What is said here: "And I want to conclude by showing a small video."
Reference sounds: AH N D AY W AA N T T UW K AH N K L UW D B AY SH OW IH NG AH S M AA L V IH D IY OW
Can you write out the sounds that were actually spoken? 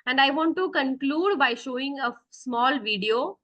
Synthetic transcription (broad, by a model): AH N D AY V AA N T T UW K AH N K L UW D B AY SH OW IH NG AH S M AA L V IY D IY OW